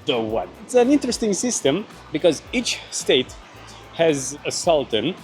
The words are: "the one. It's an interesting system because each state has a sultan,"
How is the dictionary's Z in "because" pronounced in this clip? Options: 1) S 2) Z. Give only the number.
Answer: 2